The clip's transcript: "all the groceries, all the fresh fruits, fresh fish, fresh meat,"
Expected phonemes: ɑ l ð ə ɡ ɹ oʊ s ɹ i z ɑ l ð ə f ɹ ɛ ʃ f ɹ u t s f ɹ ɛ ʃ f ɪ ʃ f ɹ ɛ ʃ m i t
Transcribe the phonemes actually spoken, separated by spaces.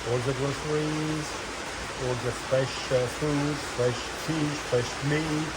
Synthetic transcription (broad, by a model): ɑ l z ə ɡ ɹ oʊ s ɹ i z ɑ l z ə f ɹ ɛ ʃ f u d f ɹ ɛ ʃ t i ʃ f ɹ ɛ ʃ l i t